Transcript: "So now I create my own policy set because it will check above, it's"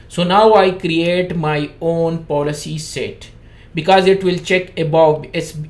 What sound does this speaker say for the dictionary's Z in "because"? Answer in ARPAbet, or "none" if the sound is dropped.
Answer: Z